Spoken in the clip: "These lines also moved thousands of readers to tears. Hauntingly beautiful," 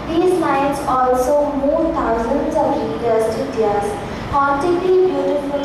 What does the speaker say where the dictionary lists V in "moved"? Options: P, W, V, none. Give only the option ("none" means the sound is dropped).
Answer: none